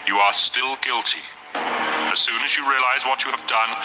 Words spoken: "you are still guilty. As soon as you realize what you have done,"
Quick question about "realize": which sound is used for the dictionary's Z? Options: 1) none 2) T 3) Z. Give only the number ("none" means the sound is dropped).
3